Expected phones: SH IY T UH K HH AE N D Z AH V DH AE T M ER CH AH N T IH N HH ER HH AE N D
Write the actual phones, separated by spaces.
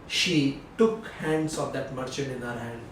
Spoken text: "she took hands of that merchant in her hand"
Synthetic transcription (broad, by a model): SH IY T UH K HH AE N D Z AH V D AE T M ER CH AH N IH N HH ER HH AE N D